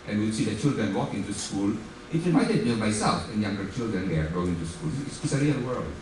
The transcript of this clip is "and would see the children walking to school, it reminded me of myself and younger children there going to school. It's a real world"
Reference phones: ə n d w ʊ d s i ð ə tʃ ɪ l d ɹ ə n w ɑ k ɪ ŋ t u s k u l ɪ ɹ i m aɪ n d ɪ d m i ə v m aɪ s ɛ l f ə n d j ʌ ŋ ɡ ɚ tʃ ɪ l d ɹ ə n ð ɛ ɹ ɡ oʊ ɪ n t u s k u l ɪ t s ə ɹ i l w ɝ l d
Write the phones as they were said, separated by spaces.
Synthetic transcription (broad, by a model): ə n w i s i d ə tʃ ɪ l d ɹ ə n w ɑ k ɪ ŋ t u s k u l ɪ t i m aɪ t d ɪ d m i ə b aɪ s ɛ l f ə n j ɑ ŋ ɡ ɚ tʃ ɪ l d ɹ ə n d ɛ ɡ oʊ ɪ n t u s k u l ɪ s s ə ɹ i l w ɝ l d